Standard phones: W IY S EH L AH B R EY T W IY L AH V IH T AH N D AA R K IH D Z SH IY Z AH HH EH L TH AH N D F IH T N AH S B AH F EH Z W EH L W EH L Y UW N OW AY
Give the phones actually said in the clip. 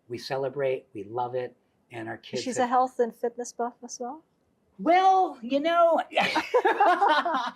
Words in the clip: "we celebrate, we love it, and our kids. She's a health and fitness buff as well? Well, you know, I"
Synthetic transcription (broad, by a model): W IY S EH L AH B R EY T W IY L AH V IH T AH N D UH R K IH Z SH IY Z AH HH EH L TH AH N F IH T N AH S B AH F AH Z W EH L W EH L Y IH N OW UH